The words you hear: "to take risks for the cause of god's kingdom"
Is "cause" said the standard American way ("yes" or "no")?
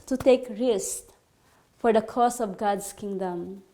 no